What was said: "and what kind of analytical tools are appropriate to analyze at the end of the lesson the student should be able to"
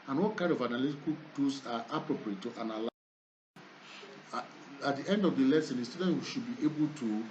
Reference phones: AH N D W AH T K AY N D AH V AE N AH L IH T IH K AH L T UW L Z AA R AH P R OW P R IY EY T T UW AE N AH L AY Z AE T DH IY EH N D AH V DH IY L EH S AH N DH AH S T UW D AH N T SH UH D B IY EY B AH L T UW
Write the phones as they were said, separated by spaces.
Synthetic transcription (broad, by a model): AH N W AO T K AY N D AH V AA N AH L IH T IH K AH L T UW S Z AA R AH P R OW P R IY EY T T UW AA N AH L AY AA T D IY EH N D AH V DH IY L EH S AH N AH S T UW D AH N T SH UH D B IY EY B AH L T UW